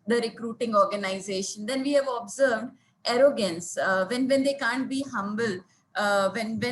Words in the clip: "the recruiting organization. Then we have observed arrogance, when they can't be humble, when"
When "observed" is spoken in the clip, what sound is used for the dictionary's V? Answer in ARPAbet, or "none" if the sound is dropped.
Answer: V